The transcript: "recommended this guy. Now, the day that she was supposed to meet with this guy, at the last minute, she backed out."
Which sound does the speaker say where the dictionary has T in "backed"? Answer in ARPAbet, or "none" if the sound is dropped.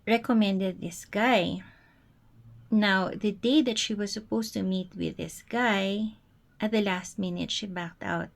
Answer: T